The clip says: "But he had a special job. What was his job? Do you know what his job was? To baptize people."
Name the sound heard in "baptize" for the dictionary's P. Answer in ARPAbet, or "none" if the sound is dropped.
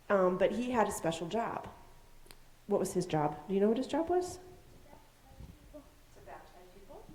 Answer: none